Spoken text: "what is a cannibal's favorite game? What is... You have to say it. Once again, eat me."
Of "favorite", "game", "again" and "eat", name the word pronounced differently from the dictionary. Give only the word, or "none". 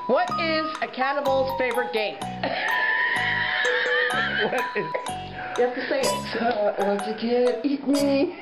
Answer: again